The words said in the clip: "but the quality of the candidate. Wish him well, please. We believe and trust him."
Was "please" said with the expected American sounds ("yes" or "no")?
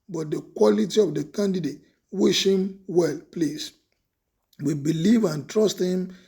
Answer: no